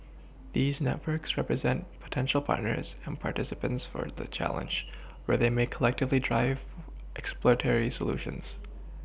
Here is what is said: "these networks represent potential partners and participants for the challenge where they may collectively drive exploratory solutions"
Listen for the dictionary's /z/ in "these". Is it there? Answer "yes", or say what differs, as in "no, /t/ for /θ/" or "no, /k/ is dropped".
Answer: yes